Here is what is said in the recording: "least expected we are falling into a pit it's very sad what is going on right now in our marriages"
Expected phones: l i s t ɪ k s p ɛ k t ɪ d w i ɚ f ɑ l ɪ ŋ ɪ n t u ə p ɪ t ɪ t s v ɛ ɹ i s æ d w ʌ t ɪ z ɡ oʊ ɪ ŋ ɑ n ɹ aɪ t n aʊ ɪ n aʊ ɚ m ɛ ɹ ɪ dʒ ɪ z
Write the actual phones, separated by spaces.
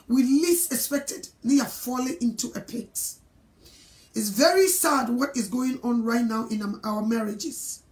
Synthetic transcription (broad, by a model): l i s ɪ k s p ɛ k t ɪ d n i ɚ f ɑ l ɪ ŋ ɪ n t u ə p ɪ t ɪ t s v ɛ ɹ i s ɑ d w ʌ t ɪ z ɡ oʊ ɪ ŋ ɑ n ɹ aɪ t n aʊ ɪ n aʊ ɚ m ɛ ɹ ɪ dʒ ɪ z